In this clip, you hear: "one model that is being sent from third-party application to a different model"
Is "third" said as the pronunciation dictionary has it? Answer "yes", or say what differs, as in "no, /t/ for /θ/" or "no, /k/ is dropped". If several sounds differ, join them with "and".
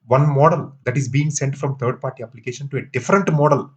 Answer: no, /t/ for /θ/